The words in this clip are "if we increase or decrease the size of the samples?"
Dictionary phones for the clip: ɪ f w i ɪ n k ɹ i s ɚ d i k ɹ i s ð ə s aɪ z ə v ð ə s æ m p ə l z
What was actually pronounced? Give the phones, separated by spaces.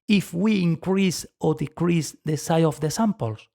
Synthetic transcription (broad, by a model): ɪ f w i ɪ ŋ k ɹ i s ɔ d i k ɹ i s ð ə s aɪ ə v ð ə s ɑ m p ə l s